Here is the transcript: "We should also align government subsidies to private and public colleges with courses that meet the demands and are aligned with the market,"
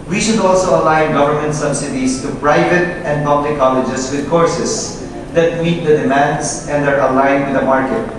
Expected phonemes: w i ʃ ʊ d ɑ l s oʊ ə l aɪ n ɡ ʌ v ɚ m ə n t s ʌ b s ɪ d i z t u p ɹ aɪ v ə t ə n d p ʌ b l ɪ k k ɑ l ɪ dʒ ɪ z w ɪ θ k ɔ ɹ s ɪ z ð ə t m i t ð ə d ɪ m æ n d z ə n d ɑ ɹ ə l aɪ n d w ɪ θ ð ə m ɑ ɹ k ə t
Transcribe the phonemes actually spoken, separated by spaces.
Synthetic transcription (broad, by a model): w i ʃ ʊ d ɑ l s oʊ ə l aɪ n ɡ ʌ v ɚ m ə n t s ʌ b s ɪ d i s t u p ɹ aɪ v ə t ə n d p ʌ b l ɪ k k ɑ l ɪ dʒ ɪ s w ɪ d k ɔ ɹ s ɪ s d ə t m i t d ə d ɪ m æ n d s ə n d ɑ ɹ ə l aɪ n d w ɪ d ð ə m ɑ ɹ k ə t